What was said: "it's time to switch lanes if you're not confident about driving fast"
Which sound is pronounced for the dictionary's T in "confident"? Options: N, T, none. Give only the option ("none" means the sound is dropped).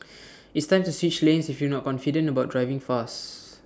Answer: none